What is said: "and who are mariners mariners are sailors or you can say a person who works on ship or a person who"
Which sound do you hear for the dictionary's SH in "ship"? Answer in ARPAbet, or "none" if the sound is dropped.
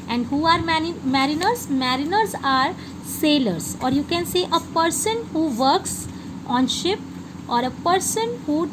SH